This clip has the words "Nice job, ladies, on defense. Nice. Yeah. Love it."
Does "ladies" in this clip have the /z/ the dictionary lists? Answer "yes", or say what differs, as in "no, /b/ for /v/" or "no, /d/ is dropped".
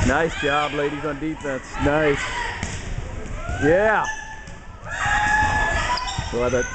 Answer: yes